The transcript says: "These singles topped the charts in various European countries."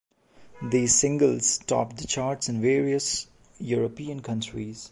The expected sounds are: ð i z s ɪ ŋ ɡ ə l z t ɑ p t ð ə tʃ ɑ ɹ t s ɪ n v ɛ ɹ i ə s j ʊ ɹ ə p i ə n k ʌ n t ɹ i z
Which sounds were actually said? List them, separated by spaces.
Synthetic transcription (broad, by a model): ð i s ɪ ŋ ɡ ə l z t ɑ p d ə tʃ ɑ ɹ t s ɪ n v ɛ ɹ i ə s j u ɹ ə p i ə n k ʌ n t ɹ i z